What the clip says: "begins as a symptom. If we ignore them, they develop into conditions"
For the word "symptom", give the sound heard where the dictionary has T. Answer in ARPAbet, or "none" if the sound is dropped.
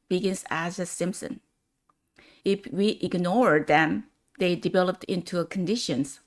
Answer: S